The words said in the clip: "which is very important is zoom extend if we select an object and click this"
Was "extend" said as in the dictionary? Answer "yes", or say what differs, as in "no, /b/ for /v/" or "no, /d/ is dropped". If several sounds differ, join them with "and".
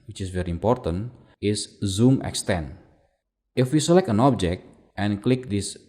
no, /d/ is dropped